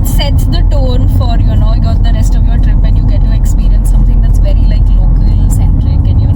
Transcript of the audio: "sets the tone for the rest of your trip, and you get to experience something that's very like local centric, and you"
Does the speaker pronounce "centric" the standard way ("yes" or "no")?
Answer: no